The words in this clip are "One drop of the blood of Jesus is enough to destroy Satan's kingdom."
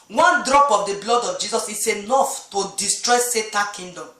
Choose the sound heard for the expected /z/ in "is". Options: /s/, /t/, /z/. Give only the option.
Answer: /s/